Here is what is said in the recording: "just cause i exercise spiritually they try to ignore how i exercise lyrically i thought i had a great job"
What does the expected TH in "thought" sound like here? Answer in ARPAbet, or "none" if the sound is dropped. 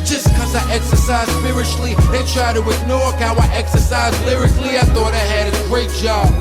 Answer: TH